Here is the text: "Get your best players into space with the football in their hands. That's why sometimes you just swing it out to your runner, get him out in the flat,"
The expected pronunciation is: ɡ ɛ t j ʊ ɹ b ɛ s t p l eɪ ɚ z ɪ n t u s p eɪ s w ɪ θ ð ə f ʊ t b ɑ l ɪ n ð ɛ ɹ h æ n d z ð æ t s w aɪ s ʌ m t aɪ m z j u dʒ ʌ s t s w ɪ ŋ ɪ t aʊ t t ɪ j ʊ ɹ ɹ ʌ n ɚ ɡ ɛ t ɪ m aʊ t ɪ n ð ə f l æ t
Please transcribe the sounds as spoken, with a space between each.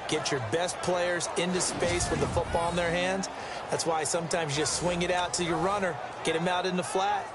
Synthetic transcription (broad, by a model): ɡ ɛ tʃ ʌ ɹ b ɛ s t p l eɪ ɚ z ɪ n t u s p eɪ s w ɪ ð ə f ʊ t b ɑ l ɪ n ð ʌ ɹ h æ n d z ð æ t s w aɪ s ʌ m t aɪ m z dʒ ʌ s t s w ɪ ŋ ɪ t aʊ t t ɪ j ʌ ɹ ɹ ʌ n ɚ ɡ ɛ t ɪ m aʊ t ɪ n ð ə f l æ t